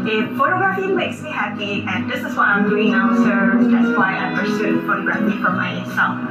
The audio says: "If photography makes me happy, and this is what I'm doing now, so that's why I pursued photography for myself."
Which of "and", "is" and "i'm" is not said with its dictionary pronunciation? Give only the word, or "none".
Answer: is